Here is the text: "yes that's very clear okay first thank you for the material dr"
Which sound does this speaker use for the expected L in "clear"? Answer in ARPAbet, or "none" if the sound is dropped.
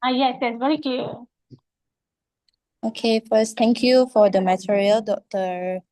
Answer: none